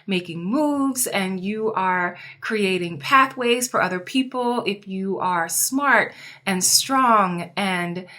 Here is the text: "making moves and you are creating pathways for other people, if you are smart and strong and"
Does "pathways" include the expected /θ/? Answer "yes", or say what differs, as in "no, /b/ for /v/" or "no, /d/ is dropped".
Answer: yes